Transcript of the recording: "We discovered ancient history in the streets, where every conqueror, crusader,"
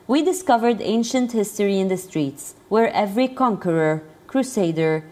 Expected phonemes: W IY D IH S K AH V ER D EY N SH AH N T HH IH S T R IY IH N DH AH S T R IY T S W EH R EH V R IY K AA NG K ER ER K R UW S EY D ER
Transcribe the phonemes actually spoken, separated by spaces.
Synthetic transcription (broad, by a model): W IY D IH S K AH V ER D EY N SH AH N T HH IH S T R IY IH N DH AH S T R IY T S W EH R EH V R IY K AA NG K ER ER K R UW S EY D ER